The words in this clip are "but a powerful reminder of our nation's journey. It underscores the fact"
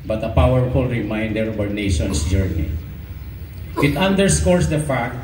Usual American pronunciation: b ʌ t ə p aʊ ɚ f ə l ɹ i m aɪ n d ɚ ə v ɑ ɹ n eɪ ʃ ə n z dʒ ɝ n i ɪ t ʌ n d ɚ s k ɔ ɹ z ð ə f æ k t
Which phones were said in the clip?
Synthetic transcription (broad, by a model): b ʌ t ə p aʊ ɚ f ə l ɹ i m aɪ n d ɚ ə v ɑ ɹ n eɪ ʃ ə n s dʒ ɝ n i ɪ t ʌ n d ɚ s k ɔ ɹ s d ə f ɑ k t